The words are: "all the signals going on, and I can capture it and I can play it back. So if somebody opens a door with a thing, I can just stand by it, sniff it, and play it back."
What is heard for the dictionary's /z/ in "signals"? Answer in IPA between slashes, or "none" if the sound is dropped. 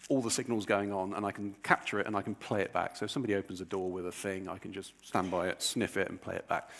/z/